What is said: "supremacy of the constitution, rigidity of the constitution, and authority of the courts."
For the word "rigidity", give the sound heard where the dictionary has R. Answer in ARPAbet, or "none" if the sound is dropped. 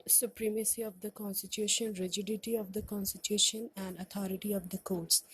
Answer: R